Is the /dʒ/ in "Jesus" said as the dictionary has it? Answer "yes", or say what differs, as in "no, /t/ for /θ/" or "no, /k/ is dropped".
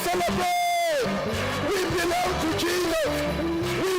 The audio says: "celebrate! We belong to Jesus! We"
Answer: no, /tʃ/ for /dʒ/